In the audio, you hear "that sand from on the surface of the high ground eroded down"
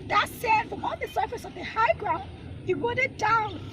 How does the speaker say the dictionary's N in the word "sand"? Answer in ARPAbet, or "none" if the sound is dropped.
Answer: none